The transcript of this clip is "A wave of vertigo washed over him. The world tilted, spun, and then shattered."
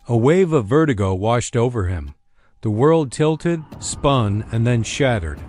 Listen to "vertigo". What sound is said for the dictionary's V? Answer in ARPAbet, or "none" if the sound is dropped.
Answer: V